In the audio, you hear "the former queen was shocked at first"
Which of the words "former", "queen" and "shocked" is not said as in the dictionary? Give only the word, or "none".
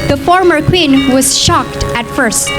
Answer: none